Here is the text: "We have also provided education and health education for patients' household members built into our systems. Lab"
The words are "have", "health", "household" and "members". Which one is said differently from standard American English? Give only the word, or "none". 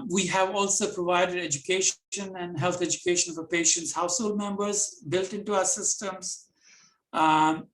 health